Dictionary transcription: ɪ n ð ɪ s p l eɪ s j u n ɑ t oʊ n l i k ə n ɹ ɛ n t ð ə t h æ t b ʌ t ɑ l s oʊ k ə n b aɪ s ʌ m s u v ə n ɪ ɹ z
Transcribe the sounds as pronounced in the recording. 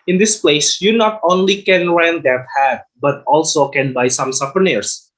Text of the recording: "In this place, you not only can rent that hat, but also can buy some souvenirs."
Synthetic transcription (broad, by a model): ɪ n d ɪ s p l eɪ s j u n ɑ t oʊ n l i k ə n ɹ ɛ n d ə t h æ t b ʌ t ɑ l s oʊ k ə n b aɪ s ʌ m s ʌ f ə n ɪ ɹ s